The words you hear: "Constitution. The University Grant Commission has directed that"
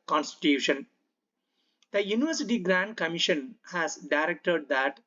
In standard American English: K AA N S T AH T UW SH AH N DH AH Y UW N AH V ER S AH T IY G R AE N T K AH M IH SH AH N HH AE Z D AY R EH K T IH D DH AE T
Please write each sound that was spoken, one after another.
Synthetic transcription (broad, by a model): K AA N S T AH T UW SH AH N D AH Y UW N AH V ER S AH T IY G R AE N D K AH M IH SH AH N HH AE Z D AY R EH K T IH D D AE T